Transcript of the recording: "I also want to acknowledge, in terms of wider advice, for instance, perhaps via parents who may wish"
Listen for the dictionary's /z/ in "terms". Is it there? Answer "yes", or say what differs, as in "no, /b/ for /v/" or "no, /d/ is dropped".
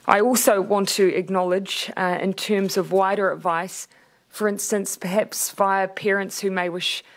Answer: yes